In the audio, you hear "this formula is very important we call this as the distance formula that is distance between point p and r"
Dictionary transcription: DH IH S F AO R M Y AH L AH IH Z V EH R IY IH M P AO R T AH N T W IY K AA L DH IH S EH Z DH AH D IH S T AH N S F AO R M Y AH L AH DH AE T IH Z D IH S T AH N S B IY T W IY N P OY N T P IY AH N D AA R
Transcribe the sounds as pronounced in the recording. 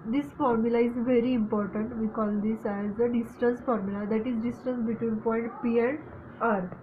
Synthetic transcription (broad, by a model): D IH S F AO R M Y AH L AH IH Z V EH R IY M P AO R T AH N T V IY K AA L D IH S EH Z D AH D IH S T AH N S F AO R M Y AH L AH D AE T IH Z D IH S T AH N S B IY T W IY N P OY N T P IY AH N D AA R